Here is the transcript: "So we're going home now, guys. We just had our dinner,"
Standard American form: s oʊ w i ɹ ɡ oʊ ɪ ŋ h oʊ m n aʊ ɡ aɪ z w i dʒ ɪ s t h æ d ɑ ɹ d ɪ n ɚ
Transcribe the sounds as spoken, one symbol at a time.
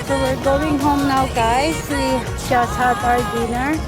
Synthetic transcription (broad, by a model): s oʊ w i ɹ ɡ oʊ ɪ ŋ h oʊ m n aʊ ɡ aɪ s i ʃ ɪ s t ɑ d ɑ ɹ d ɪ n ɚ